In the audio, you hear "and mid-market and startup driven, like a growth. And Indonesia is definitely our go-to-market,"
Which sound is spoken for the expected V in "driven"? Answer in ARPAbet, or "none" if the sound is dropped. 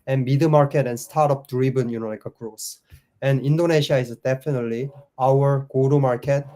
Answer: B